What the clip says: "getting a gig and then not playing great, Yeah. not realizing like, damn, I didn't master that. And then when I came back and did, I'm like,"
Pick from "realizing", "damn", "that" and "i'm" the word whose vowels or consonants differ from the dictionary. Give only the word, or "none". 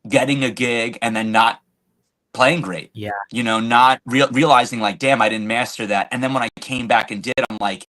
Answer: none